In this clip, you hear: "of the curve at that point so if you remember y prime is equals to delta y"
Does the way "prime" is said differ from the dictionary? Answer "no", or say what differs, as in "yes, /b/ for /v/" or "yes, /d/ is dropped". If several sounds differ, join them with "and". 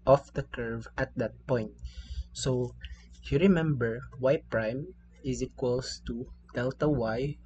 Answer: no